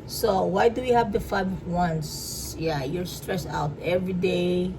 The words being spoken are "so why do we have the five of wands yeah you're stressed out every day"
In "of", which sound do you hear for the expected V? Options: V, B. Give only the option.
B